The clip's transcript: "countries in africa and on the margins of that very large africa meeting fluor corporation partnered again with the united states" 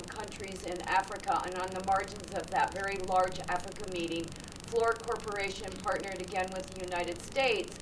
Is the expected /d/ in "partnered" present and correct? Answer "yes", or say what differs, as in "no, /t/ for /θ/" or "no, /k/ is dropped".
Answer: yes